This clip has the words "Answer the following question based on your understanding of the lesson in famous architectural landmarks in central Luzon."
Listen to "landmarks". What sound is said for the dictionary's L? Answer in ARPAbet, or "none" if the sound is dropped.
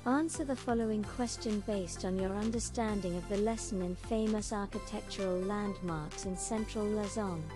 L